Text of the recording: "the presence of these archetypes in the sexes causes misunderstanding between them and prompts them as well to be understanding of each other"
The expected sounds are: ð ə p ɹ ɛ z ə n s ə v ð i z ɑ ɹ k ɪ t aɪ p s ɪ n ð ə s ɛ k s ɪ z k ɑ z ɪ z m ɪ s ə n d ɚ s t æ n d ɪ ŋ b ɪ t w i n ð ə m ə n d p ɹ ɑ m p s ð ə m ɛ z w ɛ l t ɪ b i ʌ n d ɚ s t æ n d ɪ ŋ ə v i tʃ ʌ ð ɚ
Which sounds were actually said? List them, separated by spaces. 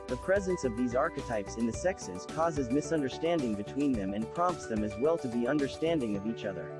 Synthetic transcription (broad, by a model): ð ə p ɹ ɛ z ə n s ə v ð i z ɑ ɹ k ɪ t aɪ p s ɪ n ð ə s ɛ k s ɪ z k ɑ z ɪ z m ɪ s ə n d ɚ s t æ n d ɪ ŋ b ɪ t w i n ð ə m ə n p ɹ ɑ m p s ð ə m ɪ z w ɛ l t ɪ b i ʌ n d ɚ s t æ n d ɪ ŋ ə v i tʃ ʌ ð ɚ